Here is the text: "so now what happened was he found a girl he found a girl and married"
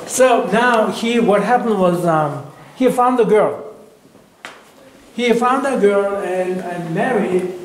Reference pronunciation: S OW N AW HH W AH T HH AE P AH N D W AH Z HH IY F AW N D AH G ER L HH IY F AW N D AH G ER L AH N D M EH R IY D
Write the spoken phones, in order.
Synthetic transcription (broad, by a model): S OW N AW HH W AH T HH AE P AH N D W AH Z HH IY F AW N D AH G ER L HH IY F AW N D AH G ER L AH N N M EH R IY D